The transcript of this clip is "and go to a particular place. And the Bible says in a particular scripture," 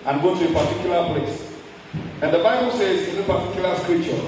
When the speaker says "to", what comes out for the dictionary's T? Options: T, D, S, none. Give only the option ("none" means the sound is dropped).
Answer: T